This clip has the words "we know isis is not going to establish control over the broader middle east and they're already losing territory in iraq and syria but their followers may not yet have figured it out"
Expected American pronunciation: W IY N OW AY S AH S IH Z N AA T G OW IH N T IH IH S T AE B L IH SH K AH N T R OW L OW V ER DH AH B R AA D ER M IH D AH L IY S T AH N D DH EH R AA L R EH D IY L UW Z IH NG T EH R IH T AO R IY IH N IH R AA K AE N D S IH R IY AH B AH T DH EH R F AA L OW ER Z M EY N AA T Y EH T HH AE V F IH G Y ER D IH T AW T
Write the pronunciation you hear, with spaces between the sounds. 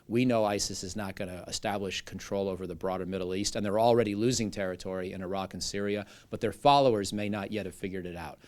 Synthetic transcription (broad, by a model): W IY N OW AY S AH S IH Z N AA T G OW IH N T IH IH S T AE B L IH SH K N T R OW L OW V ER DH AH B R AA D ER M IH D L IY S T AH N DH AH R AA L R EH D IY L UW Z IH NG T EH R IH T AO R IY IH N IH R AA K N S IH R IY AH B AH T DH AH R F AA L OW ER Z M EY N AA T Y EH T HH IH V F IH G Y ER D IH T AW T